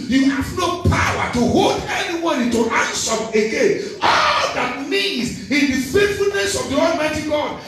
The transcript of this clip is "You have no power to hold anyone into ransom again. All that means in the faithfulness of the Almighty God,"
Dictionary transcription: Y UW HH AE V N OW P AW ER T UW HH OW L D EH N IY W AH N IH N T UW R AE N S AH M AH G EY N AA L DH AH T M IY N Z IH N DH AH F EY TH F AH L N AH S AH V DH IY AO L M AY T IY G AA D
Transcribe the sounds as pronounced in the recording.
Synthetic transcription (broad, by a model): Y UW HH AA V N OW P AW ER T UW HH OW L D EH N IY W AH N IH T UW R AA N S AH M AH G EY N AA L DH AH T M IY N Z IH N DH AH F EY T F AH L N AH S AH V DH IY AO L M AY T IY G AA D